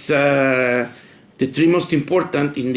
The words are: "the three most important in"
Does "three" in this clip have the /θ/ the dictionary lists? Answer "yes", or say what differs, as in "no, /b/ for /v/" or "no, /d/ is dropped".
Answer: no, /t/ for /θ/